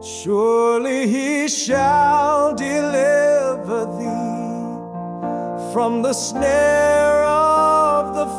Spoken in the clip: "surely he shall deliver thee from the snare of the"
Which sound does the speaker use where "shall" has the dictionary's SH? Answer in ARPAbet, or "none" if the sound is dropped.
SH